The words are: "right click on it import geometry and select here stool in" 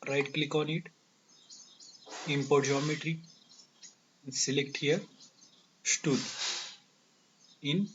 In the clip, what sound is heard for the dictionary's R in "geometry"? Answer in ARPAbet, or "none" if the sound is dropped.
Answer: R